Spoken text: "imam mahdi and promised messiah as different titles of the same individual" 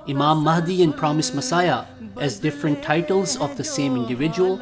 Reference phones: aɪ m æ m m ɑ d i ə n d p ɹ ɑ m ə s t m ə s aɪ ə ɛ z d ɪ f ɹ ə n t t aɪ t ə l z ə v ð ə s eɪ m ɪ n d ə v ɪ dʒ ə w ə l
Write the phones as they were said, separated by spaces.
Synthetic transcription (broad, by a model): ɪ m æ m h d i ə n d p ɹ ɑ m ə s m ə s aɪ ə ɛ z d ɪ f ɹ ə n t t aɪ t ə l z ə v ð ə s eɪ m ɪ n d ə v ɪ dʒ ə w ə l